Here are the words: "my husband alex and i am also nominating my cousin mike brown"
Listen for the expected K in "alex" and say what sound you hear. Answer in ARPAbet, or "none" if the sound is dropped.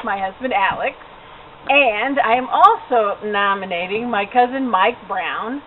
K